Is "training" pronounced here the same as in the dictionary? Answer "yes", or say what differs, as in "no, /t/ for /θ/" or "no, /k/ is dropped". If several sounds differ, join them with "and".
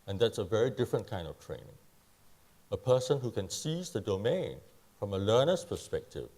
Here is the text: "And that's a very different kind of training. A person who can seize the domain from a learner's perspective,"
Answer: yes